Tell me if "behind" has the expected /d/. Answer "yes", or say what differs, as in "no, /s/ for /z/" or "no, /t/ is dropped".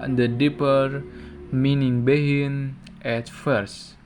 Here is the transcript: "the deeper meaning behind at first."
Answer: no, /d/ is dropped